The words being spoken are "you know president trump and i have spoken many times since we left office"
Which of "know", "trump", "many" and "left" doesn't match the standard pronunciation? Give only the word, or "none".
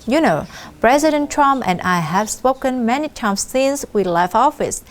left